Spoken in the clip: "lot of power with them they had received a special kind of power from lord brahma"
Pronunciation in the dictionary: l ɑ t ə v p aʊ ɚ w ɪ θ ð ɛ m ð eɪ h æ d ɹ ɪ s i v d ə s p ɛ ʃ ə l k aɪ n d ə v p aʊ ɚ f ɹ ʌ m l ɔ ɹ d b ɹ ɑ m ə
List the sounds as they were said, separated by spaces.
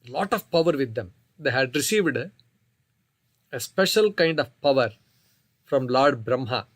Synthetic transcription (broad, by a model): l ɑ t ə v p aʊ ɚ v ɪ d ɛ m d eɪ h æ d ɹ ɪ s i v d ə s p ɛ ʃ ə l k aɪ n d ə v p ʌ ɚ f ɹ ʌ m l ɔ ɹ d b ɹ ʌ m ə